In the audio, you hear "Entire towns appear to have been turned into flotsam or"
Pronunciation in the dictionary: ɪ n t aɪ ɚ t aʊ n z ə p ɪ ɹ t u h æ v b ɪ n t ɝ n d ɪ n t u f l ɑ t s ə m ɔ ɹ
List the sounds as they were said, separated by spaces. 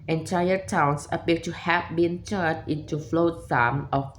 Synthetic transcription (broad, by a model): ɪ n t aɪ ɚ t aʊ n s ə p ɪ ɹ t u h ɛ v b ɪ n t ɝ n ɪ n t u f l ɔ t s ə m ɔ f